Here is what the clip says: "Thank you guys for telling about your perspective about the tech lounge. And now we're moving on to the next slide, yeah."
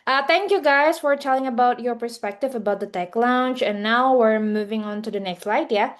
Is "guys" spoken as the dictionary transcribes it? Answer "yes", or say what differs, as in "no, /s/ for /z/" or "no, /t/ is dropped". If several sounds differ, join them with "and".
no, /s/ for /z/